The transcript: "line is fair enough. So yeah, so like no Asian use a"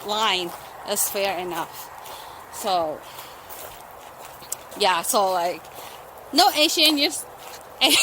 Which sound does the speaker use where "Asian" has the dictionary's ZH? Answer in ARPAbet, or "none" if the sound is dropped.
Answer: SH